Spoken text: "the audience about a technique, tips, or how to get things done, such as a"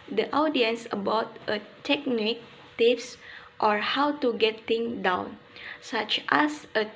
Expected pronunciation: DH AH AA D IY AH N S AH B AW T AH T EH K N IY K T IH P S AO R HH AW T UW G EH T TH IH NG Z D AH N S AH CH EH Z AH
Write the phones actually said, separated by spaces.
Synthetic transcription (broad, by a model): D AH AA D IY AH N S AH B AW T AH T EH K N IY K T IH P S AO R HH AW T UW G EH T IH NG D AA N S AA CH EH S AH